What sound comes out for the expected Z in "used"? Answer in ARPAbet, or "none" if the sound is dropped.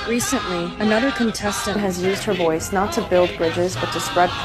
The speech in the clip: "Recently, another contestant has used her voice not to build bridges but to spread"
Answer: Z